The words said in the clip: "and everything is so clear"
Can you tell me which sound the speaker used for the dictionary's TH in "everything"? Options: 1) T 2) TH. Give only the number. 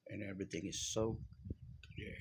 2